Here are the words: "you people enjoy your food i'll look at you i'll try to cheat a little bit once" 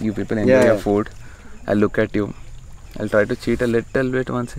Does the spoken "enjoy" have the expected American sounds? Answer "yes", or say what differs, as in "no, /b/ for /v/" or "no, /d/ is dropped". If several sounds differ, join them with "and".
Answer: no, /dʒ/ is dropped